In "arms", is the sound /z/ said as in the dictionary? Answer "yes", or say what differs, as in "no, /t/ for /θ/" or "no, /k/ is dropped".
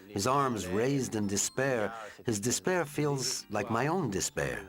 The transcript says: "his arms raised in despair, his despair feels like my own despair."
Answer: yes